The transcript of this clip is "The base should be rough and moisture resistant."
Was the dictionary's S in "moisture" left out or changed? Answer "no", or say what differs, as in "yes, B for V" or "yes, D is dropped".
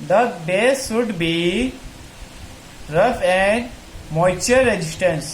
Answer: yes, S is dropped